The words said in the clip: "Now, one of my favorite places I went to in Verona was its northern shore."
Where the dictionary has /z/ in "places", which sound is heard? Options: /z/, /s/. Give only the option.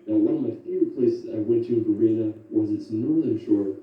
/s/